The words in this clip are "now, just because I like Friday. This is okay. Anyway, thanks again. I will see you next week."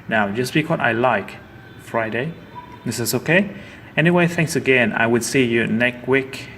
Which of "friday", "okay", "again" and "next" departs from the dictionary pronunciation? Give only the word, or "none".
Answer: next